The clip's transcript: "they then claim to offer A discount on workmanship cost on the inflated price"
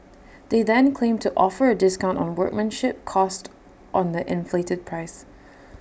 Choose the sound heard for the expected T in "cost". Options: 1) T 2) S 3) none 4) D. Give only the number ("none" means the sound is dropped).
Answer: 1